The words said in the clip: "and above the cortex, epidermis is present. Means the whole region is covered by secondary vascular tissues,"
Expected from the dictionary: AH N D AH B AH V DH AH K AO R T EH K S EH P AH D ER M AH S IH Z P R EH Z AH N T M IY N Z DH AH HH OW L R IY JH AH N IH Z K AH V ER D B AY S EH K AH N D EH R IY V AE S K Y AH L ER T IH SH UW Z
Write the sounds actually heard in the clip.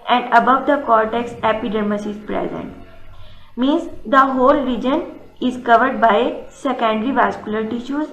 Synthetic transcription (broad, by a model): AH N D AH B AH V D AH K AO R T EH K S EH P AH D ER M AH S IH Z P R EH Z AH N T M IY N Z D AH HH OW L R IY JH AH N IH Z K AH V ER D B AY S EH K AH N D R IY V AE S K Y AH L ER T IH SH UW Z